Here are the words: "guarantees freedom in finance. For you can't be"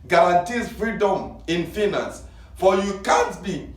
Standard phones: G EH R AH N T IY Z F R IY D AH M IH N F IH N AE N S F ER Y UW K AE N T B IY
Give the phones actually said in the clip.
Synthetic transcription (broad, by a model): G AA R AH N T IY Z F R IY D AH M IH N F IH N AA N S F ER Y UW K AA N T B IY